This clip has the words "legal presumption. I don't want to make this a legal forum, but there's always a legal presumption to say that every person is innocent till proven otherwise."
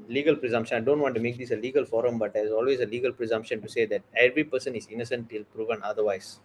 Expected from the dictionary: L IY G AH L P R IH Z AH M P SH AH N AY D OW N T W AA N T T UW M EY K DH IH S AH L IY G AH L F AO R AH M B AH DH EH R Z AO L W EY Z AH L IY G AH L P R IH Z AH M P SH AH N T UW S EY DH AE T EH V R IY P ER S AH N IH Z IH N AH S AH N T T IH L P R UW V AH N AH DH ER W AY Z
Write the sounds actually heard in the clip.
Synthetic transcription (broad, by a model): L IY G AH L P R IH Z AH M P SH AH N AY D OW N T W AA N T T UW M EY K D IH S AH L IY G AH L F AO R AH M B AH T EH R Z AO L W EY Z AH L IY G AH L P R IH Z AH M P SH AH N T UW S EY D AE T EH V R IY P ER S AH N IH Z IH N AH S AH N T T IH L P R UW V AH N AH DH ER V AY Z